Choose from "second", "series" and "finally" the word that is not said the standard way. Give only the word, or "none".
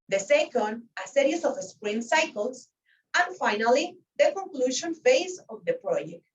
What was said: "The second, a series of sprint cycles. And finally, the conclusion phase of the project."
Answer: series